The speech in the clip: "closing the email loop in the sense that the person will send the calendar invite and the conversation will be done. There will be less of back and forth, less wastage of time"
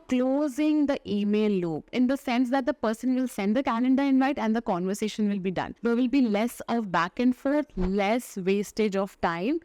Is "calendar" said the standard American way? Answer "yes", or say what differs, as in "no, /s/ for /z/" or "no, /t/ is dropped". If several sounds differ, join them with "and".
no, /n/ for /l/